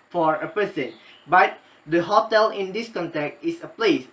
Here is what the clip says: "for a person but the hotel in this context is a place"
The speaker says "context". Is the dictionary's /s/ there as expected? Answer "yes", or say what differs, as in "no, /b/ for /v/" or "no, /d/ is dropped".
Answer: no, /s/ is dropped